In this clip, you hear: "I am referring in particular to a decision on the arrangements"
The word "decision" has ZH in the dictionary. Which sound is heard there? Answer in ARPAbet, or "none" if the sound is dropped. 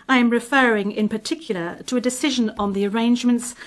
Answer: ZH